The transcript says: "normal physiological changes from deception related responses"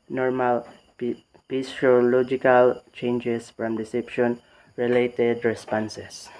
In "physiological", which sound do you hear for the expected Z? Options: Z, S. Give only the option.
S